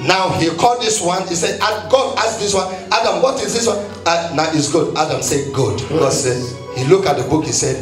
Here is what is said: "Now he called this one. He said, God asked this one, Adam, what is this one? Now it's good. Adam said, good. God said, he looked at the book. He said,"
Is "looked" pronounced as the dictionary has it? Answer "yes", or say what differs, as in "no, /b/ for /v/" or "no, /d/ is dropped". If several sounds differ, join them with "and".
no, /t/ is dropped